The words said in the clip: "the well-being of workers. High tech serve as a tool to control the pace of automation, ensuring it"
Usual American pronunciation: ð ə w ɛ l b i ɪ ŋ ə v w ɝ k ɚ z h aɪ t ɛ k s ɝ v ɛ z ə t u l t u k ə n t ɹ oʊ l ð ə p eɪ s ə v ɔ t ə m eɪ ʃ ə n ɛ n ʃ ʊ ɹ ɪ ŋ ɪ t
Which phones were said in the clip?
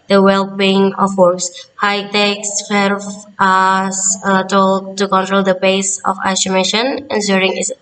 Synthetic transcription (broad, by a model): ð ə w ɛ l b i ɪ ŋ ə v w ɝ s h aɪ t ɛ k s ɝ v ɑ s ə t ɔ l t u k ə n t ɹ oʊ l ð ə b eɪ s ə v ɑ s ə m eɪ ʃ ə n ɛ n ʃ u ɹ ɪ ŋ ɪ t